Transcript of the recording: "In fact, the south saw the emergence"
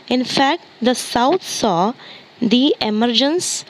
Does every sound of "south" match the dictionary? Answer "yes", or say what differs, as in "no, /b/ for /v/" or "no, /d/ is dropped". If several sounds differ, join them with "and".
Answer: no, /t/ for /θ/